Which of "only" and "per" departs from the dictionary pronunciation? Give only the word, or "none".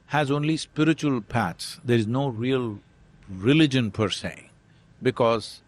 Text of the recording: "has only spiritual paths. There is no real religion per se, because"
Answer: none